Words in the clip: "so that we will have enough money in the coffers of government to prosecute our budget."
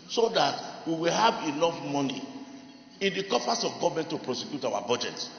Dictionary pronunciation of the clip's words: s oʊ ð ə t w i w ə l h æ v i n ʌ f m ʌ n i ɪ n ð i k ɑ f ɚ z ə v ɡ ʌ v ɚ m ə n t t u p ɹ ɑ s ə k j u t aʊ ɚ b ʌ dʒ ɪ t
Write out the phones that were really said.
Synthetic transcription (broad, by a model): s oʊ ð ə t w i w ə l h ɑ v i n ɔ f m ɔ n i ɪ n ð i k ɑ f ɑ s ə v ɡ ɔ v m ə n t t u p ɹ ɑ s ə k j u t aʊ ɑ b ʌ dʒ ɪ t